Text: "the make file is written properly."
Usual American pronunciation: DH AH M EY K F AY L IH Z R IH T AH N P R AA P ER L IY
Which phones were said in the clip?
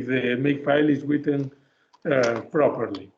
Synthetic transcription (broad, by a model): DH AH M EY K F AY L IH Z W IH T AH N P R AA P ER L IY